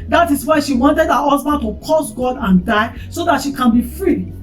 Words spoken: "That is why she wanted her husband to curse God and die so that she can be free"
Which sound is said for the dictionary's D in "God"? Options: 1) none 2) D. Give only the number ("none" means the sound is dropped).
2